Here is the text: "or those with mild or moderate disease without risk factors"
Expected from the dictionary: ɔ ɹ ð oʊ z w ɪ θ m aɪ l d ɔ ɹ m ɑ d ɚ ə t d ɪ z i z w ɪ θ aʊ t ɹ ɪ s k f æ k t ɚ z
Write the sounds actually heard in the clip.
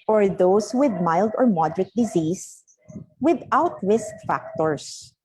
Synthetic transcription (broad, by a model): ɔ ɹ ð oʊ s w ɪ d m aɪ l d ɔ ɹ m ɑ d ɚ ə t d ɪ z i s w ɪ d aʊ t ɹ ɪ s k f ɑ k t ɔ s